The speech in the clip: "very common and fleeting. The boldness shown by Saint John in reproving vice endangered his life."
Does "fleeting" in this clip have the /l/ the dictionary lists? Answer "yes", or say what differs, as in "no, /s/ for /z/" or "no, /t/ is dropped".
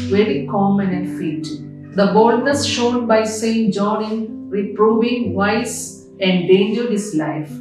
no, /l/ is dropped